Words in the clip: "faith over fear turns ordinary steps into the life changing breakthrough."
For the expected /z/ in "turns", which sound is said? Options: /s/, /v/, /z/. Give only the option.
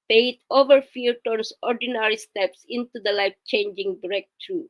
/s/